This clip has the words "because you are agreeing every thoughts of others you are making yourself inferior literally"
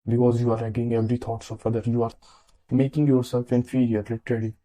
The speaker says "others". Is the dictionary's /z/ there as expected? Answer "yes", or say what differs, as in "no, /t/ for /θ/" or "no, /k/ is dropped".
no, /z/ is dropped